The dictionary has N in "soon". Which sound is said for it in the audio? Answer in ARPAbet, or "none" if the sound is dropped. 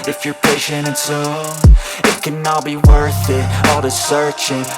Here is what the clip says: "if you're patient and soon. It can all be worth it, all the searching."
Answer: none